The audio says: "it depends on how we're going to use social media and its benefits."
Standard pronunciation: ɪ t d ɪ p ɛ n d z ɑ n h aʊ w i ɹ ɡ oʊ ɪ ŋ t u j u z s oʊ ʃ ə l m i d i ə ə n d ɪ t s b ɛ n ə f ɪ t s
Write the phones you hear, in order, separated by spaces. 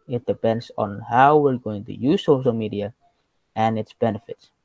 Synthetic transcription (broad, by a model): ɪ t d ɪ p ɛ n d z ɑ n h aʊ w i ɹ ɡ oʊ ɪ ŋ t u j u z s oʊ ʃ ə l m i d i ə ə n ɪ t s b ɛ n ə f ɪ t s